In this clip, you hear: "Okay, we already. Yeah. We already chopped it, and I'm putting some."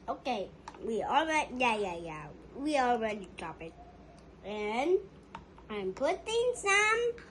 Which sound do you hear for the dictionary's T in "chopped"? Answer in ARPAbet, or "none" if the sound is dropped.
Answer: none